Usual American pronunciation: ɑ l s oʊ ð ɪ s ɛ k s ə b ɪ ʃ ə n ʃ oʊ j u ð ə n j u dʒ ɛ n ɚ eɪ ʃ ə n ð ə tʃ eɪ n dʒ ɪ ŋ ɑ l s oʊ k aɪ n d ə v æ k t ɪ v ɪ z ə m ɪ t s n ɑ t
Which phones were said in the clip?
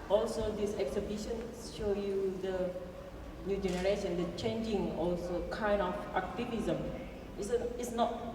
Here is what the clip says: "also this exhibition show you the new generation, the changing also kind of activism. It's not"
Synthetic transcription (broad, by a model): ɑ l s oʊ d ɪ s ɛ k s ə b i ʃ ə n ʃ oʊ j u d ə n j u dʒ ɛ n ɚ eɪ ʃ ə n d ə tʃ eɪ n dʒ ɪ ŋ ɑ l s oʊ k aɪ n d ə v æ k t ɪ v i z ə m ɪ s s n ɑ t